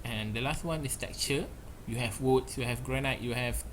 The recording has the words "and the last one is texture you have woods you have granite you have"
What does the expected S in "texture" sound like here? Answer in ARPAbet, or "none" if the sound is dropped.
none